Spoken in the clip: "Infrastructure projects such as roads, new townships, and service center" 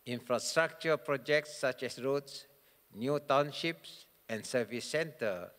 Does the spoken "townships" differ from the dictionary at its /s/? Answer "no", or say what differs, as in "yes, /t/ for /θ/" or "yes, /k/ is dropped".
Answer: no